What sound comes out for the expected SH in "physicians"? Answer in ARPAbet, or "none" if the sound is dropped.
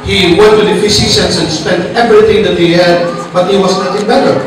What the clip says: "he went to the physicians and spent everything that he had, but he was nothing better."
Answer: S